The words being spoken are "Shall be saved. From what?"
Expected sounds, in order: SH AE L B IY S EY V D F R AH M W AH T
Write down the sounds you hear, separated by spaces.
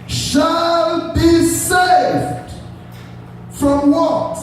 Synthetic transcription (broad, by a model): SH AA L B IY S EY V D F R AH M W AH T